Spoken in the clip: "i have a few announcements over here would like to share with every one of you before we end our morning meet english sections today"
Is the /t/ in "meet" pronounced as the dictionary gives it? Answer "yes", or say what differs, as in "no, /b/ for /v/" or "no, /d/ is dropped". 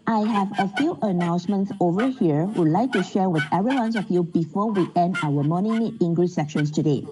no, /t/ is dropped